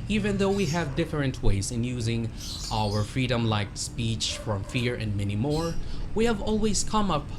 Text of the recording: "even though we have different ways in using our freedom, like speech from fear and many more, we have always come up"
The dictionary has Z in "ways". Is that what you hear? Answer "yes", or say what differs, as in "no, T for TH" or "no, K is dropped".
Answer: yes